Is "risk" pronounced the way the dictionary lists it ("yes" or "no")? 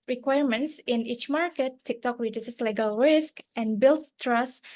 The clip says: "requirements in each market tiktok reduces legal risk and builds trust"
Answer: yes